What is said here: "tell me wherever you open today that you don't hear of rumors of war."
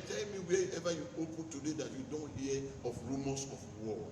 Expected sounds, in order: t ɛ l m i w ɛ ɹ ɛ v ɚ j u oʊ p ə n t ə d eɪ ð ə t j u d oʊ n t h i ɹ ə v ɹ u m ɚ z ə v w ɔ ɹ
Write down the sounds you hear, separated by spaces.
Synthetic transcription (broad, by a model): t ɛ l m i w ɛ ɛ v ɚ j u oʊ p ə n t ə d eɪ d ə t j u d oʊ n t h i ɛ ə f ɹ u m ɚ s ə f w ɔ